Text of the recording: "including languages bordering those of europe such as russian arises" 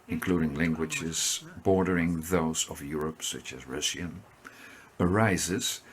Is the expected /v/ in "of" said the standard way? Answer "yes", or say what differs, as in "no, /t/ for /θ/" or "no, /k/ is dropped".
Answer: yes